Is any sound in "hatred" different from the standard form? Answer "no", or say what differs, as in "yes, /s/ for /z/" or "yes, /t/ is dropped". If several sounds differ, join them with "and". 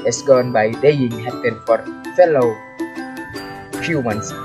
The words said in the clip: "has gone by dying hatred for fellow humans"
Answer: yes, /ɹ/ is dropped